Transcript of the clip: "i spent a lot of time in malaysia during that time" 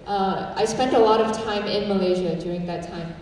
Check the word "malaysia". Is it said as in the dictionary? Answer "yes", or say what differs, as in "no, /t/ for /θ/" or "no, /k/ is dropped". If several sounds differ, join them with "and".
yes